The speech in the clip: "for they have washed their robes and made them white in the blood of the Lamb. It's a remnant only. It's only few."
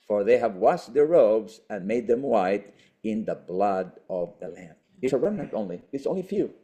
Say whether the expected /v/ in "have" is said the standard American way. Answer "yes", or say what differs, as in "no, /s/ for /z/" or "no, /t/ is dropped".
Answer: yes